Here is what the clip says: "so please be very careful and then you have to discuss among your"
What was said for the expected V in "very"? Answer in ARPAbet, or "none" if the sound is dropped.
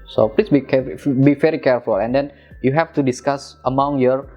B